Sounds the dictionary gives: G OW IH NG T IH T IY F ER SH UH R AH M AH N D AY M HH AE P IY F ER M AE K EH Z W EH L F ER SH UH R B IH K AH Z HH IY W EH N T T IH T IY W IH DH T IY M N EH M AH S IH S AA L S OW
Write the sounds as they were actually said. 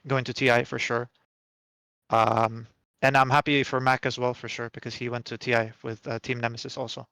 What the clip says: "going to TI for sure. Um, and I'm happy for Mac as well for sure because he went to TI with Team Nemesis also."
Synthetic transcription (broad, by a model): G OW IH NG T IH T IY F ER SH UH R AH M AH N AY M HH AE P IY F ER M AE K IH Z W EH L F ER SH UH R B IH K AH Z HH IY W EH N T T IH T IY W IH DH T IY M N EH M AH S IH S AA L S OW